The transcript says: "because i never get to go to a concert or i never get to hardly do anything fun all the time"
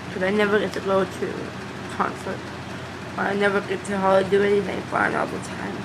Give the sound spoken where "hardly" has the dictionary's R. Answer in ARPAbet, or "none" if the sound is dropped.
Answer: L